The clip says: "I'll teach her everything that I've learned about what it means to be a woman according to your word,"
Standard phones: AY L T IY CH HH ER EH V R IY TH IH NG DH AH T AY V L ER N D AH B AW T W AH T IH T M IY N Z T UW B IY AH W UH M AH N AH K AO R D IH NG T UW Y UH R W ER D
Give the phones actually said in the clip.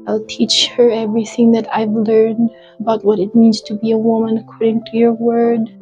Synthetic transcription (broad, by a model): AY L T IY CH HH ER EH V R IY TH IH NG DH AH T AY V L ER N D AH B AW T W AH T IH T M IY N Z T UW B IY AH W UH M AH N AH K AO R D IH NG T UW Y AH R W ER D